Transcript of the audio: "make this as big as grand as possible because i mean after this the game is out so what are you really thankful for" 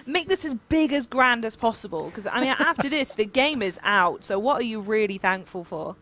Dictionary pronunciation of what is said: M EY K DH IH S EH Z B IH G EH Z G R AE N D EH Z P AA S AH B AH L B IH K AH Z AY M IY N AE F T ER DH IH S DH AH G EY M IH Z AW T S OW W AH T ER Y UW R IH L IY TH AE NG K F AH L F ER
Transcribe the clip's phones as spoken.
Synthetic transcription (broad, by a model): M EY K DH IH S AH Z B IH G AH Z G R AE N D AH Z P AA S AH B AH L K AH Z AY M IY N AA F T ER DH IH S DH AH G EY M IH Z AW T S OW W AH T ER Y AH R IH L IY TH AE NG K F AH L F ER